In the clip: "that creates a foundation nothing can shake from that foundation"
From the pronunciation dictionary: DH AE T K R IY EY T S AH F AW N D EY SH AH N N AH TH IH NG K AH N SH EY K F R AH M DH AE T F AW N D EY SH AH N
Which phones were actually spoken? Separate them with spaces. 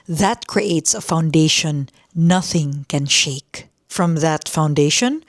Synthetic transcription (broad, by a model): DH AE T K R IY EY T S AH F AW N D EY SH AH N N AH TH IH NG K AH N SH EY K F R AH M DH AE T F AW N D EY SH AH N